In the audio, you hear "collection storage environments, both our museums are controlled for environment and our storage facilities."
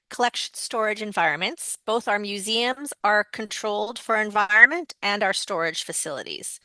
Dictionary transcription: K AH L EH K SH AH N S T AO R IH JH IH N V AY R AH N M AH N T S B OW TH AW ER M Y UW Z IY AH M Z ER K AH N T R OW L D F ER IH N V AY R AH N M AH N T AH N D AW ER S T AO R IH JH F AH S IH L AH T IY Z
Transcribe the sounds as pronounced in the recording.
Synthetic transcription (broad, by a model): K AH L EH K SH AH N S T AO R IH JH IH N V AY R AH N M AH N T S B OW TH AW ER M Y UW Z IY AH M Z ER K AH N T R OW L D F ER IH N V AY R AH N M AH N T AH N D AW ER S T AO R IH JH F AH S IH L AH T IY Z